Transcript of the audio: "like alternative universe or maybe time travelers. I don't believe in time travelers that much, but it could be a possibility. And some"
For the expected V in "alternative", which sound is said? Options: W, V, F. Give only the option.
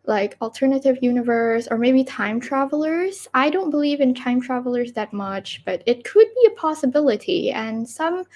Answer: V